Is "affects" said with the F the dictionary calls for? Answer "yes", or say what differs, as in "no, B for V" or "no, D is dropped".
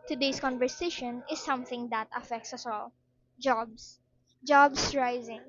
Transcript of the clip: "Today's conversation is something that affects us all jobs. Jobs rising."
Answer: yes